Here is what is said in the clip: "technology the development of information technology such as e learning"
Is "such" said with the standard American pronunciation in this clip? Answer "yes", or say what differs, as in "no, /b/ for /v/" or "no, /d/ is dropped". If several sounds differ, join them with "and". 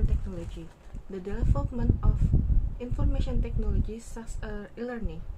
no, /s/ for /tʃ/